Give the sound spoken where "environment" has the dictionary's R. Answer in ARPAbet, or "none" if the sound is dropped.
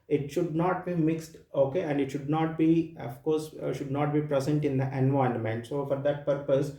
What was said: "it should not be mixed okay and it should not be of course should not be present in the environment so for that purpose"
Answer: none